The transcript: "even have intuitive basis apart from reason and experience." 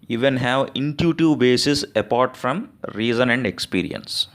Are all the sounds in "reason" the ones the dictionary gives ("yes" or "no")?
yes